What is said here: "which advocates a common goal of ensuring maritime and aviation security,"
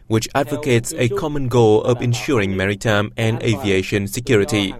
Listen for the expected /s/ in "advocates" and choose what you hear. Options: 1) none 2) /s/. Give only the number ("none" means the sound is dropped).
2